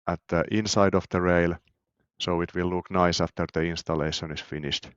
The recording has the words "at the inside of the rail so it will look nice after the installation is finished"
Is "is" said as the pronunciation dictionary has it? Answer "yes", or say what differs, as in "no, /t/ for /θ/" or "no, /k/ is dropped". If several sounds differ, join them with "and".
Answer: no, /s/ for /z/